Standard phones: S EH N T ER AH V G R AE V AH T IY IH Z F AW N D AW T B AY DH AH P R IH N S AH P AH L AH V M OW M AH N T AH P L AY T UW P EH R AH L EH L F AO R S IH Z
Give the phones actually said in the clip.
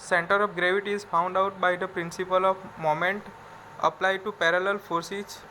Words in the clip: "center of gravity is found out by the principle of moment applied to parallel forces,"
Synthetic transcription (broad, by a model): S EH N T ER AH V G R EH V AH T IY IH Z F AW N D AW T B AY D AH P R IH N S AH P AH L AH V M OW M AH N T AH P L AY T UW P EH R AH L EH L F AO R S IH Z